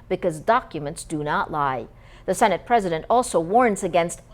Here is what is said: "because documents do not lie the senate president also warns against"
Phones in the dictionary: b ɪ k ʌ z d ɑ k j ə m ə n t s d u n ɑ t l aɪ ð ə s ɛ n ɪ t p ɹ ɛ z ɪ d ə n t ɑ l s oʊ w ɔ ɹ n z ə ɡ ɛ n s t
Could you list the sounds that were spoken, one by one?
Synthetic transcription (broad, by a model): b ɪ k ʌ z d ɑ k j ə m ə n t s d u n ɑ t l aɪ ð ə s ɛ n ɪ t p ɹ ɛ z ɪ d ə n t ɑ l s oʊ w ɔ ɹ n z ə ɡ ɛ n s t